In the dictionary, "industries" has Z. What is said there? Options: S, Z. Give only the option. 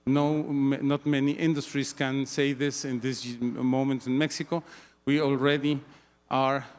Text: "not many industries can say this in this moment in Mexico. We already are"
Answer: S